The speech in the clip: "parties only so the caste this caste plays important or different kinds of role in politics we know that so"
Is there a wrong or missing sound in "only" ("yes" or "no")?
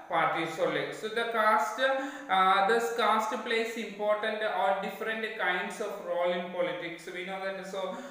yes